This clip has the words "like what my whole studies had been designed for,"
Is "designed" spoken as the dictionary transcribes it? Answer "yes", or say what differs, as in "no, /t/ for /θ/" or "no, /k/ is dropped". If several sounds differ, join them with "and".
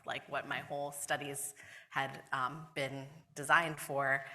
yes